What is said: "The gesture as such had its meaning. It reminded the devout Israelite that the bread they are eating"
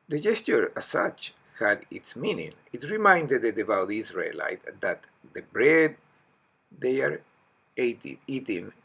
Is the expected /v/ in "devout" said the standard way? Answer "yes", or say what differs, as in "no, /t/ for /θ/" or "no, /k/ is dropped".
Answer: no, /b/ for /v/